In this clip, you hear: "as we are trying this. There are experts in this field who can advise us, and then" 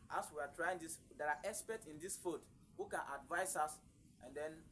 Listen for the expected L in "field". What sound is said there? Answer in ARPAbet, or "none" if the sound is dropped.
none